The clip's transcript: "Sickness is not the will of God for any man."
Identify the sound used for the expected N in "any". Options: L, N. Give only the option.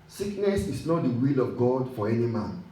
N